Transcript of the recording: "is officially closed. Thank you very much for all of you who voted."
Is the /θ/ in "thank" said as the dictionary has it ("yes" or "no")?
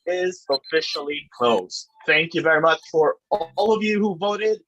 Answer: yes